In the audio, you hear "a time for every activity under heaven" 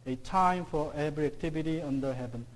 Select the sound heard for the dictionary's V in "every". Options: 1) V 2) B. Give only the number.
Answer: 2